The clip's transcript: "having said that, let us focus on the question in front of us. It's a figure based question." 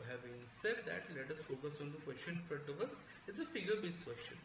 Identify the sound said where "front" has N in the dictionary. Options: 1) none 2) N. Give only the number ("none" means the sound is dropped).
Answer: 1